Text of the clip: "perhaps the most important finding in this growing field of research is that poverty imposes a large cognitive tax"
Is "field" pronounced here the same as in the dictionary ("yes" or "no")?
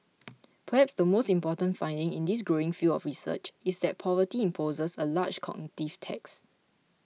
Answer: no